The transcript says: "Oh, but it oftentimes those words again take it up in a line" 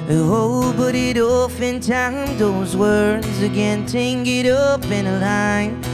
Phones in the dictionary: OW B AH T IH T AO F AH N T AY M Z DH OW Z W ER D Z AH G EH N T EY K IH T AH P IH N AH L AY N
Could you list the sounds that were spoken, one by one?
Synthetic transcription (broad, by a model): OW B AH T IH T AO F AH N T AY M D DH OW Z W ER D Z AH G EH N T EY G IH T AH P IH N AH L AY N